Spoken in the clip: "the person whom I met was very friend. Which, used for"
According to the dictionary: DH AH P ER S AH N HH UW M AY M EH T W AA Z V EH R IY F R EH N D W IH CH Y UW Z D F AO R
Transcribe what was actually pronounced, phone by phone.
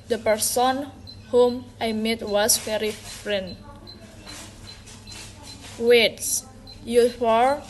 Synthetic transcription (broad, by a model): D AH P ER S AH N HH UW M AY M EH T W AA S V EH R IY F R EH N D W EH S Y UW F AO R